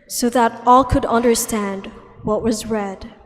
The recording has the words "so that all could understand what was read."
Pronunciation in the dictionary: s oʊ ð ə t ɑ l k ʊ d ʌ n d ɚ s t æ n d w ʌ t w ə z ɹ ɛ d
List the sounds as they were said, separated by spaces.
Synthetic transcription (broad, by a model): s oʊ ð ə t ɑ l k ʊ d ʌ n d ɚ s t æ n d w ʌ t w ə z ɹ ɛ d